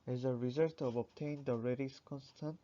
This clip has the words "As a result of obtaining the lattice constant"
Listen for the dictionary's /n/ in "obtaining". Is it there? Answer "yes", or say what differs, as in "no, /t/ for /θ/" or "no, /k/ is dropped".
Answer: no, /n/ is dropped